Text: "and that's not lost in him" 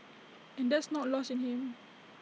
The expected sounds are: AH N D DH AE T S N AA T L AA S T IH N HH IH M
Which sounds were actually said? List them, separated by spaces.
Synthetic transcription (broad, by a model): AH N D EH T S N AA T L AA S IH N HH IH M